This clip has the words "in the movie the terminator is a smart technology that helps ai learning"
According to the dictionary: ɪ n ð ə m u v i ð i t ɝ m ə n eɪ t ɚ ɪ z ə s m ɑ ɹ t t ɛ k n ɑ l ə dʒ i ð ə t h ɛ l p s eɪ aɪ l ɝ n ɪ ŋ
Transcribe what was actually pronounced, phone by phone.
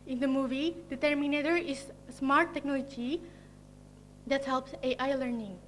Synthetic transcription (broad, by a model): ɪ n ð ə m u v i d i t ɝ m ə n eɪ t ɚ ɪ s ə s m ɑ ɹ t t ɛ k n ɑ l ə dʒ i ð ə t h ɛ l p s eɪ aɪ l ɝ n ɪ ŋ